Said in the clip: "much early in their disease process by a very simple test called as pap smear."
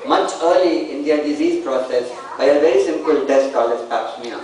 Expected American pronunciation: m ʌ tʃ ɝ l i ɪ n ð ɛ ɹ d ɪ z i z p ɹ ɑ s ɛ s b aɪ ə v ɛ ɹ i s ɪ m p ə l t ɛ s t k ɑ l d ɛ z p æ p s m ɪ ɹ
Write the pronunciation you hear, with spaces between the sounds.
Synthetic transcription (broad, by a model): m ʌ tʃ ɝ l i ɪ n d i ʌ d ɪ z i z p ɹ ɑ s ɛ s b aɪ ə v ɛ ɹ i s ɪ m p ə l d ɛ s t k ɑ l ɛ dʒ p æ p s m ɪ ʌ